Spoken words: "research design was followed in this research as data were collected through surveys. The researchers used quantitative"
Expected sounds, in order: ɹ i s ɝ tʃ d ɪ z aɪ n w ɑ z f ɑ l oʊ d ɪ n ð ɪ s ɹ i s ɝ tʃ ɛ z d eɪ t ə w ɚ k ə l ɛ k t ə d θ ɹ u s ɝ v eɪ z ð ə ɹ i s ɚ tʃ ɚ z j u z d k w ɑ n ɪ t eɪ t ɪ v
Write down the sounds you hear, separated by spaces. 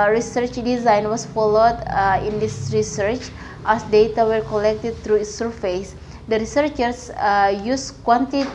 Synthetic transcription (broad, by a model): ɹ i s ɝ tʃ d ɪ z aɪ n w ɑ s f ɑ l oʊ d ɪ n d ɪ s ɹ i s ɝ tʃ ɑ s d eɪ t ə w ɚ k ə l ɛ k t ə d t ɹ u s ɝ f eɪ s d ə ɹ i s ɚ tʃ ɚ s j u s k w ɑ n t t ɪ